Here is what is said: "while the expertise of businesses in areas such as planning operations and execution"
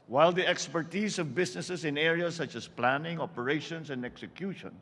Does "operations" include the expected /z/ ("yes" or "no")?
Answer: no